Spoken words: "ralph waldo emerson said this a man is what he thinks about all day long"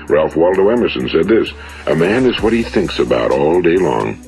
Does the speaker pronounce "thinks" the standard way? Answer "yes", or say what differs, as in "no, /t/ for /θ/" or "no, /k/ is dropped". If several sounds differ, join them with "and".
yes